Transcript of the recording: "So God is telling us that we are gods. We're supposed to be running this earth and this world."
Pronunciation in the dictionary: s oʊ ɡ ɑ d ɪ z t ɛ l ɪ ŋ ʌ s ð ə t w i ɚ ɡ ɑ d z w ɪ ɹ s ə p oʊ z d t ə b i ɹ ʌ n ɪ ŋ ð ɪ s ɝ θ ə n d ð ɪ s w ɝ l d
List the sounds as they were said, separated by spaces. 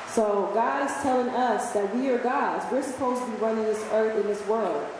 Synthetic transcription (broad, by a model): s oʊ ɡ ɑ d ɪ z t ɛ l ɪ ŋ ʌ s ð ə t w i ɚ ɡ ɑ d z w ɪ ɹ s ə p oʊ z t ə b i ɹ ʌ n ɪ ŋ ð ɪ s ɝ θ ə n ð ɪ s w ɝ l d